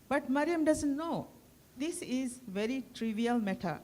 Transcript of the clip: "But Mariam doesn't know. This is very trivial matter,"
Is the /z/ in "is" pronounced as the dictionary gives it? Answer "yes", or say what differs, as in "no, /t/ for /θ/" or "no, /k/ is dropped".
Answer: yes